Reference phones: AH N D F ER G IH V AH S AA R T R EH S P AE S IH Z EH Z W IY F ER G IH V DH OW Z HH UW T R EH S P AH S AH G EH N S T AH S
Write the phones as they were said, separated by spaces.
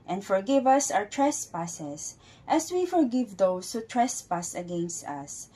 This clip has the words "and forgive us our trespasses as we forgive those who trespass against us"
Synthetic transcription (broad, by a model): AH N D F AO G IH V AH S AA W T R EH S P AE S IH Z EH S W IY F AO G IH V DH OW S HH UW T R EH S P AH S AH G EH N S T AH S